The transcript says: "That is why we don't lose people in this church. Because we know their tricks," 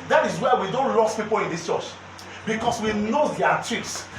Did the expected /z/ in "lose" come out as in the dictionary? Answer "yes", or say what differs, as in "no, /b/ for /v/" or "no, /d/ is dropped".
no, /s/ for /z/